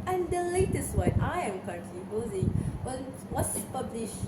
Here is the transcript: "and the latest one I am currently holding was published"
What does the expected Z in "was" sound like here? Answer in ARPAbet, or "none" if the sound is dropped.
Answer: S